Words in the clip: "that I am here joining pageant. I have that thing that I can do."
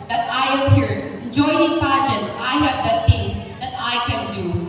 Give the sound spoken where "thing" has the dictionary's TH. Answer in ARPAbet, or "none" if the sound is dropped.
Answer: T